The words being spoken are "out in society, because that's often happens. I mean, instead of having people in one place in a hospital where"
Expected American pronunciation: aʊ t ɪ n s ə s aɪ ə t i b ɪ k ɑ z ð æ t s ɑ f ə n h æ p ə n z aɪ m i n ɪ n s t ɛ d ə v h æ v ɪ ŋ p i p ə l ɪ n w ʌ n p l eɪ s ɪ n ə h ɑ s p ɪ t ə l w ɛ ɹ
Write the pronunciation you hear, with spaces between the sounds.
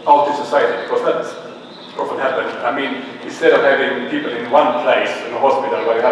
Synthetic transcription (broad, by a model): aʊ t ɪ s ə s aɪ ə t i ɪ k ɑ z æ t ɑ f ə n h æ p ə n aɪ m i n ɪ n s t ɛ d ə v h æ v ɪ ŋ p i p ə l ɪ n w ʌ n p l eɪ s ɪ n ə h ɑ s p ɪ t ə l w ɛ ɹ